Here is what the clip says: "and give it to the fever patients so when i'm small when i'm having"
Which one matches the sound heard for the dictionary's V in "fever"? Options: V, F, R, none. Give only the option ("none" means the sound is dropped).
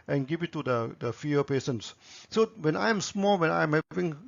none